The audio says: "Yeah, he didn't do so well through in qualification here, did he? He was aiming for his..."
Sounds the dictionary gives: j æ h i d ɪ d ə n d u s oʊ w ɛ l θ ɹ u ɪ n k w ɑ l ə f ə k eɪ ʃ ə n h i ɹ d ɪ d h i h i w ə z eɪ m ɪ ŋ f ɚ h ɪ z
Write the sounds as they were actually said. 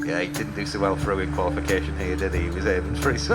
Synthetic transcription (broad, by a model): j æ h i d ɪ d n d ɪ s oʊ w ɛ l f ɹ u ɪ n k w ɑ l ə f ə k eɪ ʃ ə n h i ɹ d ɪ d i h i w ə z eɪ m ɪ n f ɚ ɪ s